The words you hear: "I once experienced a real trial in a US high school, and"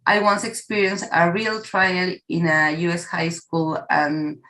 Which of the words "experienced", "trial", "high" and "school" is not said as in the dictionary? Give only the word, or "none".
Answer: experienced